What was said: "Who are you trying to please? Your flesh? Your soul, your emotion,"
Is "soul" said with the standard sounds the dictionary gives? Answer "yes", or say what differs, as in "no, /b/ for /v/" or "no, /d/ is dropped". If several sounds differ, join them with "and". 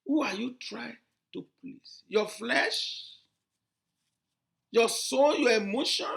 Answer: no, /n/ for /l/